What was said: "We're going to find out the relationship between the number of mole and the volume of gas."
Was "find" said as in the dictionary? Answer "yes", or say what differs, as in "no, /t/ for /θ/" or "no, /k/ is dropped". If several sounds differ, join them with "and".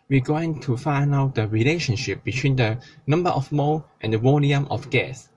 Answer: no, /d/ is dropped